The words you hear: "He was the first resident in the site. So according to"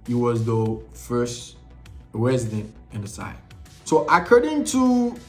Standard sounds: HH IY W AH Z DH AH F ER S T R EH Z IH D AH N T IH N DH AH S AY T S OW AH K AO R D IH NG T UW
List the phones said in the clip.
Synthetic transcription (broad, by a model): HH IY W AH Z DH AH F ER S T R EH Z IH D AH N T IH N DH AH S AY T S OW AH K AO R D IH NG T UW